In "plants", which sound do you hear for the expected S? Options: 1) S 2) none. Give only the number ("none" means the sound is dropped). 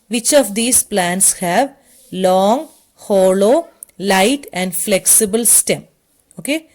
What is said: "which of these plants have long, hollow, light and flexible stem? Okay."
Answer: 1